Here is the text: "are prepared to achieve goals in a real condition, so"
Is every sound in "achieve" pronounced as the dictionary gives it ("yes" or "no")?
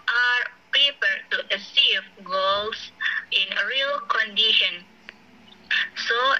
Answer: no